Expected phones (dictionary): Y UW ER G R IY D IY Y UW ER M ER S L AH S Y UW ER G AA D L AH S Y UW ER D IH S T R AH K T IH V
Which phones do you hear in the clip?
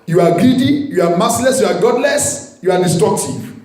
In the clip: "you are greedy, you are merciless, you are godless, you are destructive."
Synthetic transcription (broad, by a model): Y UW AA G R IY D IY Y UW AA M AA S L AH S Y UW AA G AA D L AH S Y UW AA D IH S T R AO K T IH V